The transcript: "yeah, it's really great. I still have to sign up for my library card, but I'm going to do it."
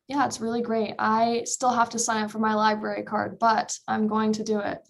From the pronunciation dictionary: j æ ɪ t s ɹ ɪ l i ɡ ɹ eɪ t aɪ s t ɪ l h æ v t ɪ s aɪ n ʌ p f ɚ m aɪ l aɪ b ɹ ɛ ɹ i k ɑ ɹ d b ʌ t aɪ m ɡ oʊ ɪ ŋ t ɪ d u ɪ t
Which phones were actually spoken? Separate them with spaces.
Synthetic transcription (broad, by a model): j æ ɪ t s ɹ ɪ l i ɡ ɹ eɪ t aɪ s t ɪ l h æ f t ɪ s aɪ n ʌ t f ɚ m aɪ l aɪ b ɹ ɛ ɹ i k ɑ ɹ d b ʌ t aɪ m ɡ oʊ ɪ ŋ t ɪ d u ɪ t